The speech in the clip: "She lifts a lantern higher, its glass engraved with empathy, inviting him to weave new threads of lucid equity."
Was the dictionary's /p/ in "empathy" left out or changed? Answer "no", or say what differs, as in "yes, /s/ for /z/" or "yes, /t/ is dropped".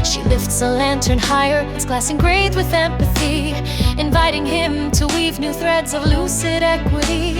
no